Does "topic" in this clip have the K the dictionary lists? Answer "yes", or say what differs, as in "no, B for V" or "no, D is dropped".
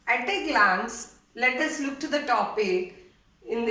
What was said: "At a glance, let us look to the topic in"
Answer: no, K is dropped